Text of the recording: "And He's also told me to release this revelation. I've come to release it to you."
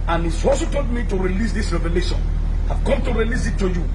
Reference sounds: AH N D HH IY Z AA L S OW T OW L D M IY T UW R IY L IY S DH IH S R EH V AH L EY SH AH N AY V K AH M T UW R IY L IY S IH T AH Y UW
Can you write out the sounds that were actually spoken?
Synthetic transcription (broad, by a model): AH N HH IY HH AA S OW T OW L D M IY T UW R IY L IY S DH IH S R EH V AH L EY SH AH N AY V K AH M T UW R IY L IY S IH T AH Y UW